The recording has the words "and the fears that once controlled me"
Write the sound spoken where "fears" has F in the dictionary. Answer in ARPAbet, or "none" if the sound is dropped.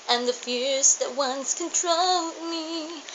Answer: F